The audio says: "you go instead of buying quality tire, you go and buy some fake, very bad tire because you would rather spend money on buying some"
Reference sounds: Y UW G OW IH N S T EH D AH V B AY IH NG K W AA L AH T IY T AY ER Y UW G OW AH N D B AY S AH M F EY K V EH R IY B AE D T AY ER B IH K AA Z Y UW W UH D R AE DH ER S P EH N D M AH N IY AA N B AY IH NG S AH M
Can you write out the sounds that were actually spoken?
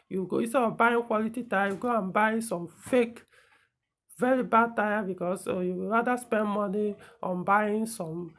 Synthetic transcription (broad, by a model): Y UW G OW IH S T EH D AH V B AY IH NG K W AA L AH T IY T AY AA Y UW G OW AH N B AY S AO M F EY K V EH R IY B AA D T AY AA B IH K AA S Y UW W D R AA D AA S P EH N D M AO N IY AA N B AY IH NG S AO M